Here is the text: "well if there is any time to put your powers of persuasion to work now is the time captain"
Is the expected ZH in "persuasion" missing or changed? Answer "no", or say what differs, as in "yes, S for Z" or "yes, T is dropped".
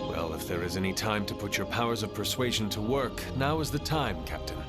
no